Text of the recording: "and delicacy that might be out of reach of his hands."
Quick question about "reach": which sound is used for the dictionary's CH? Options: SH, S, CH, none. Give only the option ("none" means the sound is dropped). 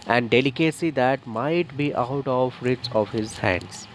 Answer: S